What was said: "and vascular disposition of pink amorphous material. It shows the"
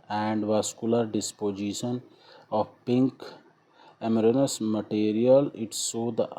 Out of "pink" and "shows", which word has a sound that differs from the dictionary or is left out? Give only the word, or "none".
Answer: shows